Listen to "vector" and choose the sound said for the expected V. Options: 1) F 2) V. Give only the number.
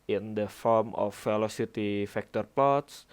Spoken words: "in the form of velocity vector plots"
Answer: 1